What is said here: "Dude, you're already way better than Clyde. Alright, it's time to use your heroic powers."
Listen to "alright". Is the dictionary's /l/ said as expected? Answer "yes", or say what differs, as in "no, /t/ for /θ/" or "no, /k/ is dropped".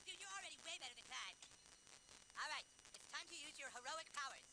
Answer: yes